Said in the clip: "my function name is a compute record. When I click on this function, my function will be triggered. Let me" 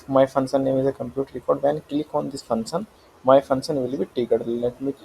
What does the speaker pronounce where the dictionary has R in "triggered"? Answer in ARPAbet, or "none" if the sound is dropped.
none